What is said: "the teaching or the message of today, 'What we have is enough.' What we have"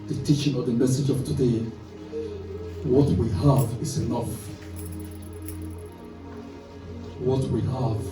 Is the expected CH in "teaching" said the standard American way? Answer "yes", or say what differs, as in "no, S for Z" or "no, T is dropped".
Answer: yes